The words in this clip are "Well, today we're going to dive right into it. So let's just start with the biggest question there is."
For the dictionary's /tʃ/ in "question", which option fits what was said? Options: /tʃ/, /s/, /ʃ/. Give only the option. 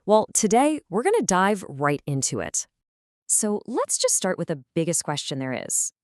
/tʃ/